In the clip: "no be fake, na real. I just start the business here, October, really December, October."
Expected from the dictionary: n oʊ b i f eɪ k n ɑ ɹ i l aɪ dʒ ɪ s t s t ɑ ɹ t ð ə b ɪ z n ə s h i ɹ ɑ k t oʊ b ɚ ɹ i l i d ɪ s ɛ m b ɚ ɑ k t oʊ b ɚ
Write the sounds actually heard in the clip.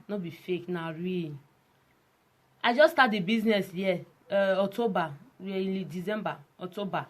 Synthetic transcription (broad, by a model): n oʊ b i f eɪ k n ɑ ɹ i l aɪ dʒ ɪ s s t ɑ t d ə b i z n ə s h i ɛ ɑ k t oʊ b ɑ w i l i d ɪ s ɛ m b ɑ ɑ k t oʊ b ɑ